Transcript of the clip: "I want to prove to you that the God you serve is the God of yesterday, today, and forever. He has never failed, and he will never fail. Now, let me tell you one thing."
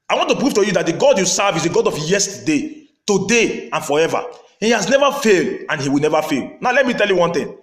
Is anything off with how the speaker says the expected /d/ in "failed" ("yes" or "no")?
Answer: no